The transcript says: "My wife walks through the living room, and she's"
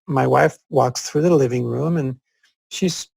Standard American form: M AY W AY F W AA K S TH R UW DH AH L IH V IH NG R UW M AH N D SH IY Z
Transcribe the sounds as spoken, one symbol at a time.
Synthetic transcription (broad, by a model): M AY W AY F W AA K S TH R UW DH AH L IH V IH NG R UW M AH N SH IY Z